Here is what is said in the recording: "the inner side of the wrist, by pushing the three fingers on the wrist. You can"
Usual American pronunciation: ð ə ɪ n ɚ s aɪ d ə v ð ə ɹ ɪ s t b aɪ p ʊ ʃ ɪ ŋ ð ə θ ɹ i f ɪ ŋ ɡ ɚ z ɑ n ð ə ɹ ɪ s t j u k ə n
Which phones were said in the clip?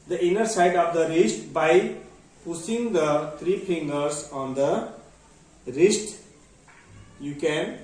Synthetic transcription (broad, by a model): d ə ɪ n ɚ s aɪ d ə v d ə ɹ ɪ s t b aɪ p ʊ s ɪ ŋ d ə t ɹ i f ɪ ŋ ɡ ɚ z ɑ n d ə ɹ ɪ s t j u k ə n